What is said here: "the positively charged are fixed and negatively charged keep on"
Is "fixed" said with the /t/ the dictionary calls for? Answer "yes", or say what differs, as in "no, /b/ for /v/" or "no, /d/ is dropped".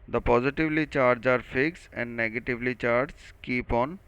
no, /t/ is dropped